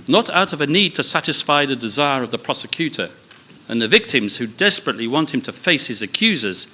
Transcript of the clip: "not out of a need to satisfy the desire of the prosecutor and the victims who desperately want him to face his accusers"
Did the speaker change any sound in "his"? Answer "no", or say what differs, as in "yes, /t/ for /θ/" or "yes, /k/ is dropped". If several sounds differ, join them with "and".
no